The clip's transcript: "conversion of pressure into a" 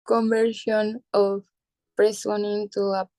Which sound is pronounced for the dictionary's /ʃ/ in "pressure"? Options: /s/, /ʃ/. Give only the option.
/s/